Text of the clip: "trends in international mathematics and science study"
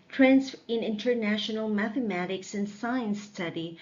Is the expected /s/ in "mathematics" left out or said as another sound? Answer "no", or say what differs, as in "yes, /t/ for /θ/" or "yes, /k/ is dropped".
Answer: no